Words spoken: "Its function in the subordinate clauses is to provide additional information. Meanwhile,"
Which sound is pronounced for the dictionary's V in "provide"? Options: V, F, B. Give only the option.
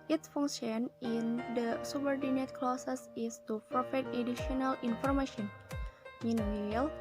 F